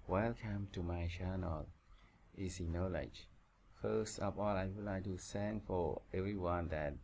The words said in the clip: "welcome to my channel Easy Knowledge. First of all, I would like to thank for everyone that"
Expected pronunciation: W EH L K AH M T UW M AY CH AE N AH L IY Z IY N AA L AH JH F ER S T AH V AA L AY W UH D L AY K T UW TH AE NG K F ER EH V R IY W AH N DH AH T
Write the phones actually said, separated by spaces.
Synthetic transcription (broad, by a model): W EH L K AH M T UW M AY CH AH N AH L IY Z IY N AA L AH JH F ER S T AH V AA L AY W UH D L AY K T UW S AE NG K F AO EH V R IY W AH N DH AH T